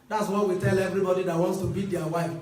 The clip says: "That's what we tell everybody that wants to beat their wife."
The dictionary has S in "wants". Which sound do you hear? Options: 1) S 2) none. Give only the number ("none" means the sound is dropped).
1